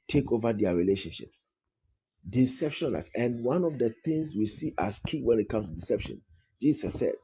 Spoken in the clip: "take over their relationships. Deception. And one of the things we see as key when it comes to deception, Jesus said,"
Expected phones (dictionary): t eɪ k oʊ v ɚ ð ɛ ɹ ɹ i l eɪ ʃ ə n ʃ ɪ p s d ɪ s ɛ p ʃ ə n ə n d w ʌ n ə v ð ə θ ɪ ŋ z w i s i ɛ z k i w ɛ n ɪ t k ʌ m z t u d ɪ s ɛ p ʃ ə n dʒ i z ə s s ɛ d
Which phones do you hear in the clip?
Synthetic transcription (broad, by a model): t eɪ k oʊ v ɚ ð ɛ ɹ ɹ i l eɪ ʃ ə n ʃ ɪ p s d ɪ s ɛ p ʃ ə n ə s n w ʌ n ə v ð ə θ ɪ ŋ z w i s i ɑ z k i w ɛ n ɪ t k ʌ m s t u d ɪ s ɛ p ʃ ə n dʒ i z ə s s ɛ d